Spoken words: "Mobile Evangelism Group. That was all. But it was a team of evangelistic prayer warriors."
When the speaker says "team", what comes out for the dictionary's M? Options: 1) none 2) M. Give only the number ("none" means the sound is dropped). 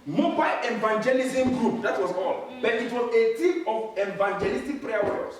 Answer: 1